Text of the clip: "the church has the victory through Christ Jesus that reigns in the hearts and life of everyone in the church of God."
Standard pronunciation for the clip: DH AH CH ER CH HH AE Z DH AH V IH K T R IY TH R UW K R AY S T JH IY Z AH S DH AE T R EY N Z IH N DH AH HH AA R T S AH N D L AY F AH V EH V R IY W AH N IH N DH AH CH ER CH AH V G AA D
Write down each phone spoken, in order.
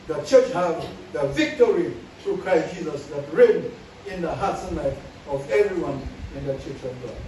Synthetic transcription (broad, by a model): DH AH CH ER CH HH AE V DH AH V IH K T R IY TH R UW K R AY S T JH IY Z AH S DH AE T R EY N IH N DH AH HH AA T S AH N L AY F AH V EH V R IY W AH N IH N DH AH CH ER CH AH V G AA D